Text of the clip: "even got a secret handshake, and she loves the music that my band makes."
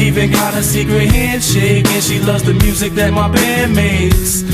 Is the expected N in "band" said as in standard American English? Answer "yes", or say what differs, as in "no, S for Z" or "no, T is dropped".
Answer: no, N is dropped